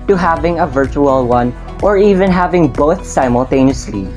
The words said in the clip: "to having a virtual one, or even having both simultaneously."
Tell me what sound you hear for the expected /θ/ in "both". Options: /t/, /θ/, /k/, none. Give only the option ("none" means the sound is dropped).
/θ/